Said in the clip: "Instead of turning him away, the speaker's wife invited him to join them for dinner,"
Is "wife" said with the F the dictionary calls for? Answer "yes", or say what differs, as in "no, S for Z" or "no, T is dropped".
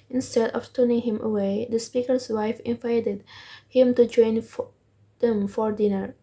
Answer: yes